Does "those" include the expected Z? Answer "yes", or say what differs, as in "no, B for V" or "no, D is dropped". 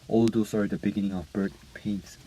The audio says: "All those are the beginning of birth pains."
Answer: no, S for Z